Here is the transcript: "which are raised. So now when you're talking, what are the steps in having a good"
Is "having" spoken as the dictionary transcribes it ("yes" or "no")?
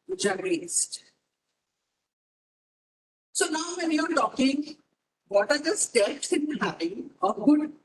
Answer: no